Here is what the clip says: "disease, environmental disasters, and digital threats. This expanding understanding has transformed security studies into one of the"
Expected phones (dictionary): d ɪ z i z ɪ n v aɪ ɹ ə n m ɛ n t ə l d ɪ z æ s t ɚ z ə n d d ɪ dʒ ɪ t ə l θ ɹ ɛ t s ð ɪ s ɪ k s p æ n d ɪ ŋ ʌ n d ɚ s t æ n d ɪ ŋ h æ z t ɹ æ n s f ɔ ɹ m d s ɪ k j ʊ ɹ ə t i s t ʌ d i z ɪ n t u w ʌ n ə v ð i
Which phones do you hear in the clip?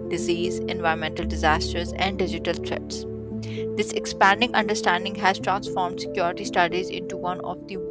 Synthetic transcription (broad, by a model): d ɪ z i z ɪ n v aɪ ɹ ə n m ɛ n t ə l d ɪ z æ s t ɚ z ə n d d ɪ dʒ ɪ t ə l t ɹ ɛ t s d ɪ s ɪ k s p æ n d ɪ ŋ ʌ n d ɚ s t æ n d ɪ ŋ h æ z t ɹ æ n s f ɔ ɹ m d s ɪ k j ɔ ɹ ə t i s t ʌ d i z ɪ n t u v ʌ n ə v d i